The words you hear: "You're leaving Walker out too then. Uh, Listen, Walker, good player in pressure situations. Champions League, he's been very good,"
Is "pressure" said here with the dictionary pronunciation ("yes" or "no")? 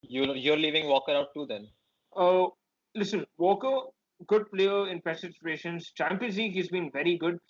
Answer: no